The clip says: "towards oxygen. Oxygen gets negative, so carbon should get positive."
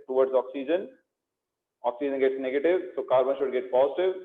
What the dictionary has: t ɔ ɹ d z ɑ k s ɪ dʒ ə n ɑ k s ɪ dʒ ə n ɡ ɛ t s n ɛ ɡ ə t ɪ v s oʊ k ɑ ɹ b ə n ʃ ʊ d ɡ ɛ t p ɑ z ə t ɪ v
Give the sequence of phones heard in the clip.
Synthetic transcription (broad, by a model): t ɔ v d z ɑ k s ɪ dʒ ə n ɑ k s ɪ dʒ ə n ɡ ɛ t s n ɛ ɡ ə t ɪ v s oʊ k ɑ ɹ b ə n ʃ ʊ d ɡ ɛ t p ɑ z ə t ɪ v